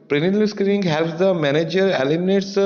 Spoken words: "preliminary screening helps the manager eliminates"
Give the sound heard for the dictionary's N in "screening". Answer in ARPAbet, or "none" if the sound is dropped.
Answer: none